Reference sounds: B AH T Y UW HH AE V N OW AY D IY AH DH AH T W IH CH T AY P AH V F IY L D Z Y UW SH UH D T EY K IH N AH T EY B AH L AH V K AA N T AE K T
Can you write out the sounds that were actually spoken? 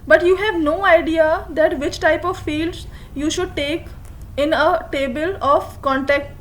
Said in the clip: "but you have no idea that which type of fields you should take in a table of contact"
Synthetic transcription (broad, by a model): B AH T Y UW HH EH V N OW AY D IY AH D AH T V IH CH T AY P AH V F IY L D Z Y UW SH UH D T EY K IH N AH T EY B AH L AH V K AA N T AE K T